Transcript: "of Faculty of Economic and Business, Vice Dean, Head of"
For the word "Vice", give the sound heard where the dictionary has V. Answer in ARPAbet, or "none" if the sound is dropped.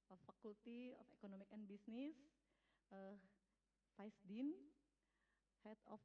F